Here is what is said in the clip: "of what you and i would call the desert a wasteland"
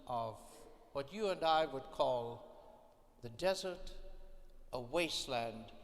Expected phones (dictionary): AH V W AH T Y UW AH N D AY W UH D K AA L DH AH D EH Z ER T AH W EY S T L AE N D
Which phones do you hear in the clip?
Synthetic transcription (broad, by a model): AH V W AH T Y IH AH N D AY W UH D K AA L DH AH D EH Z ER T AH W EY S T L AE N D